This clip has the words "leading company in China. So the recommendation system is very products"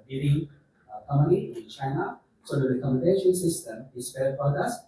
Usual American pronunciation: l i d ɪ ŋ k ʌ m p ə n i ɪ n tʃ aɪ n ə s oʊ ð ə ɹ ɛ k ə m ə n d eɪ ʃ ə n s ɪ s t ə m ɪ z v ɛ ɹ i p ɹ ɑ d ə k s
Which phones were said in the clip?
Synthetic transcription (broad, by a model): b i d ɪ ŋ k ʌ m ə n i ɪ n tʃ aɪ n ə s oʊ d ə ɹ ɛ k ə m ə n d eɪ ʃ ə n s ɪ s t ə m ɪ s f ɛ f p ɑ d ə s